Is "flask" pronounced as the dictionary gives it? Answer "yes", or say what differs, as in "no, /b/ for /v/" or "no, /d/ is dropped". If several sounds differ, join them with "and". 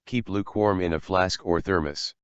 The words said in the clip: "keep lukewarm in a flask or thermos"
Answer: yes